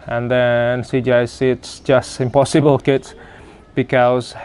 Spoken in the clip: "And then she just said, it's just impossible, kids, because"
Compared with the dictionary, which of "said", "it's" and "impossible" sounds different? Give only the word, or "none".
said